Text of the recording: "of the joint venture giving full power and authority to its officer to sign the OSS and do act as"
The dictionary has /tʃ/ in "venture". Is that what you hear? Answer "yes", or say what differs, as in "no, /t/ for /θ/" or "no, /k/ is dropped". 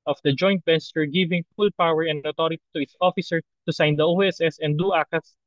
no, /s/ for /tʃ/